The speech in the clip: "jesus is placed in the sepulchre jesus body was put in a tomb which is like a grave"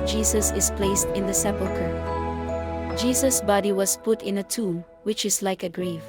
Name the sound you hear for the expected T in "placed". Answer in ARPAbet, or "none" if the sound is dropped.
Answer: T